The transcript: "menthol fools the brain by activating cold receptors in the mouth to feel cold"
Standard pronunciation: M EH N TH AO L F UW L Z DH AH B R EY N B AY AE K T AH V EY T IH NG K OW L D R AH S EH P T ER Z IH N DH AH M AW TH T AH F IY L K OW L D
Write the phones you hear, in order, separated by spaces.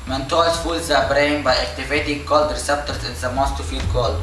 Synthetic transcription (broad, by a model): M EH N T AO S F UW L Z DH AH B R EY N B AY AE K T AH V EY T IH NG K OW L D R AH S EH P T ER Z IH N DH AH M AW S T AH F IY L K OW L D